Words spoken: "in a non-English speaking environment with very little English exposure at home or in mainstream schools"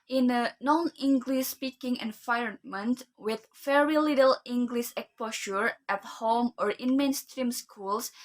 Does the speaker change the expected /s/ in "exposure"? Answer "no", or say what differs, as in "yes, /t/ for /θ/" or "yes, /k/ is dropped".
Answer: yes, /s/ is dropped